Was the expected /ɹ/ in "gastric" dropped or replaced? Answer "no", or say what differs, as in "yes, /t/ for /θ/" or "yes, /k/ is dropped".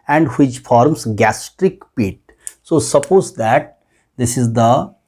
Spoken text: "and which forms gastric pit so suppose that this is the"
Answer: no